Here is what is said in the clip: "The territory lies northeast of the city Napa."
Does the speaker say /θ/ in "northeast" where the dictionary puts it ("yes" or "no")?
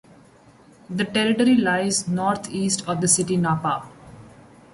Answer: no